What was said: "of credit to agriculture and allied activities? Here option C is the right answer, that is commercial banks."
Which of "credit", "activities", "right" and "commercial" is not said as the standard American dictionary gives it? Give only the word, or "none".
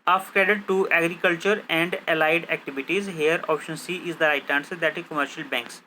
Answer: credit